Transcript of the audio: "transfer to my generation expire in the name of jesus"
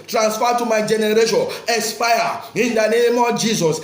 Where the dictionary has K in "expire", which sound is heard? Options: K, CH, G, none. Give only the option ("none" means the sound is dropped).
none